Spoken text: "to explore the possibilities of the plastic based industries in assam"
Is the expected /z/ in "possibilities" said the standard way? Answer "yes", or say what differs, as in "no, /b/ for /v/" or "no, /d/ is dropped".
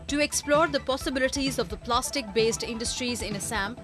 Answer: yes